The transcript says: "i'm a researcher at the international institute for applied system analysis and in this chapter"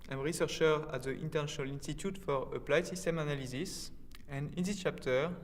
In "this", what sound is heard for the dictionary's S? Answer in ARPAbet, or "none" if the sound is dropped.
none